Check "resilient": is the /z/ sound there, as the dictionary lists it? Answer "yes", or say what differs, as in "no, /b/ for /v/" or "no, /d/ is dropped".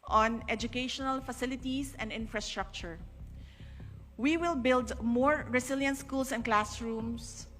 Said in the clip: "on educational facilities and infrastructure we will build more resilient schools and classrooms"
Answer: no, /s/ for /z/